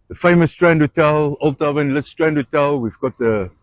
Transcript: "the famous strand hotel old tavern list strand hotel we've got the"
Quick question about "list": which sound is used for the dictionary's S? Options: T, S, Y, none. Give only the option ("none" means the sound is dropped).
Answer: none